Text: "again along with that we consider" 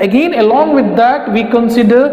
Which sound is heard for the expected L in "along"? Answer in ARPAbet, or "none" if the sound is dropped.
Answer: L